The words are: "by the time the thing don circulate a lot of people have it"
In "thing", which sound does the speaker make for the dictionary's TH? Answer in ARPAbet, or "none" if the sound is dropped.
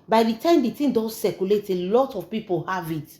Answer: T